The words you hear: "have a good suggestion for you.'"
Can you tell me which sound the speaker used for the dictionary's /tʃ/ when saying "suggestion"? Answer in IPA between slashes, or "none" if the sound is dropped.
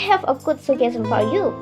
none